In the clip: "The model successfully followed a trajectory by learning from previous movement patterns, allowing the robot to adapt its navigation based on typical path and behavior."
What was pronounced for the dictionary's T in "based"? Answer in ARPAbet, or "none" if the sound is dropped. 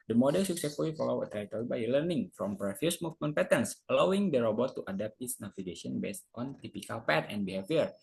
T